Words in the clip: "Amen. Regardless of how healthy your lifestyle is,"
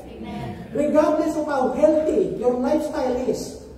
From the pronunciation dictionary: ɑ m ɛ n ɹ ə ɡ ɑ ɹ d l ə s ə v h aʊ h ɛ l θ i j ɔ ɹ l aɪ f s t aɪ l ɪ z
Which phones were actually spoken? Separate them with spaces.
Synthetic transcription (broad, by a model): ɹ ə ɡ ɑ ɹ d l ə s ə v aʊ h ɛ l t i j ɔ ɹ l aɪ f s t aɪ l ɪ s